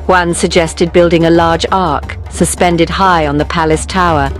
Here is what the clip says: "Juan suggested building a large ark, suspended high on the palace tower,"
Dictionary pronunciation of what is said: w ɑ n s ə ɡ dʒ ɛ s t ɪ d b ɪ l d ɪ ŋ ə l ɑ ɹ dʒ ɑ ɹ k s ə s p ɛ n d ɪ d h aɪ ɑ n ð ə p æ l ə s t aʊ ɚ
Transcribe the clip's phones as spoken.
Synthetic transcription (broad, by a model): w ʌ n s ə ɡ dʒ ɛ s t ɪ d b ɪ l d ɪ ŋ ə l ɑ ɹ dʒ ɑ ɹ k s ə s p ɛ n d ɪ d h aɪ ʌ n ð ə p æ l ə s t aʊ ɚ